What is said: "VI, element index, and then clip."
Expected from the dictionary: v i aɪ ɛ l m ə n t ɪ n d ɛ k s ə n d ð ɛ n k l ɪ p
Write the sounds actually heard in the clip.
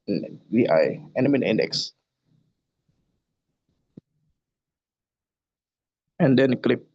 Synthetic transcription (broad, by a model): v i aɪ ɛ m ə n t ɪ n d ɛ k s ə n d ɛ n k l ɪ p